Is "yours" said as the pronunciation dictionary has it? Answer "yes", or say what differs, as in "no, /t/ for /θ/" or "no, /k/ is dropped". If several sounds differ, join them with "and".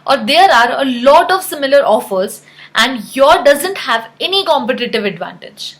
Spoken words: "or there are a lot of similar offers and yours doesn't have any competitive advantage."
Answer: no, /z/ is dropped